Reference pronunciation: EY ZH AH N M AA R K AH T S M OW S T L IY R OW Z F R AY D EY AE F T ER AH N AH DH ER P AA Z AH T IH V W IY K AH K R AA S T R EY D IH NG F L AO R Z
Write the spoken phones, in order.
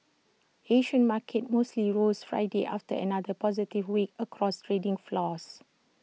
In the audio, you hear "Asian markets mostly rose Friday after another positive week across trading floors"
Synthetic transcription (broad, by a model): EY SH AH N M AA K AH T M OW S T L IY R OW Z F R AY D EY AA F T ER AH N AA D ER P AA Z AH T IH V W IY K AH K R AA S T R EY D IH NG F L AO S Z